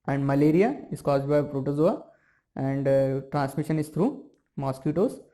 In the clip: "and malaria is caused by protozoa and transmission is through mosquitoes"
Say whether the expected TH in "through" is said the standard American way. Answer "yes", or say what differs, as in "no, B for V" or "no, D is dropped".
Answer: no, T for TH